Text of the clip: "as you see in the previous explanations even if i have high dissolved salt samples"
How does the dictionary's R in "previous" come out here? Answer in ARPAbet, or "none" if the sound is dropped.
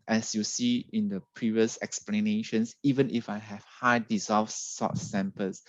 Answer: R